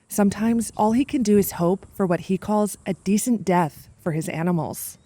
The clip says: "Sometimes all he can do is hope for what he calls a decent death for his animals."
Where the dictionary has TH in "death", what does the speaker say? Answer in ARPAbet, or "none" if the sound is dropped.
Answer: TH